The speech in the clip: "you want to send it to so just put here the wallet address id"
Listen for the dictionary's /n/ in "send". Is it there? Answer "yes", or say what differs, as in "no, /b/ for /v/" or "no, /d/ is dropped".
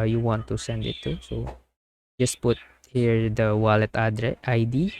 yes